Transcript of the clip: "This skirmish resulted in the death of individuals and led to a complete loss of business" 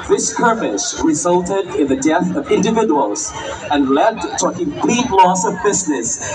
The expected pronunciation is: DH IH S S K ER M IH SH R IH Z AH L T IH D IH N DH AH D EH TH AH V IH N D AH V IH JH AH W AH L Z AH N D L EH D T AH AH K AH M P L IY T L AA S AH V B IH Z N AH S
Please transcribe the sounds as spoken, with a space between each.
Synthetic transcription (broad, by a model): DH IH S S K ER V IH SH R IH Z AH L T IH D IH N DH AH D EH TH AH V IH N D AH V IH JH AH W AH L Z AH N L EH D T AH AH K AH M P L IY T L AA S AH V B IH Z N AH S